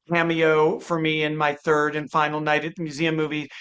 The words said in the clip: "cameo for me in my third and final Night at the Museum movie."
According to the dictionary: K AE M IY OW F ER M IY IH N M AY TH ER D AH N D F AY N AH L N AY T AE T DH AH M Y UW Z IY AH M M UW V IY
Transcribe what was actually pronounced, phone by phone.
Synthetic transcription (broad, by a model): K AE M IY OW F ER M IY IH N M AY TH ER D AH N F AY N L N AY T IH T DH AH M Y UW Z IY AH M M UW V IY